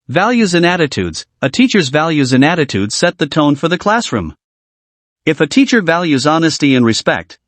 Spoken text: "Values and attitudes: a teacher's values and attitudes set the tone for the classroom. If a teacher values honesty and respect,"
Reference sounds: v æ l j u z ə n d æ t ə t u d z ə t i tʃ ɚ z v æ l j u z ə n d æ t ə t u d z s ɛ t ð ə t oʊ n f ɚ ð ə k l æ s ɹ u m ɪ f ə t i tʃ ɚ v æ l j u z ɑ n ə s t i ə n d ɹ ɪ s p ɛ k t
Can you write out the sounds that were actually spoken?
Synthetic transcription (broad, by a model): v æ l j u z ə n æ t ə t u d z ə t i tʃ ɚ z v æ l j u z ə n æ t ə t u d z s ɛ t ð ə t oʊ n f ɚ ð ə k l æ s ɹ u m ɪ f ə t i tʃ ɚ v æ l j u z ɑ n ə s t i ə n ɹ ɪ s p ɛ k t